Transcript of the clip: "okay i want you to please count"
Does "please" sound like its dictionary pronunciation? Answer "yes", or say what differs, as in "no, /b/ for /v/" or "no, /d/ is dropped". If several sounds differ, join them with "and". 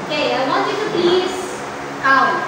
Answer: no, /l/ is dropped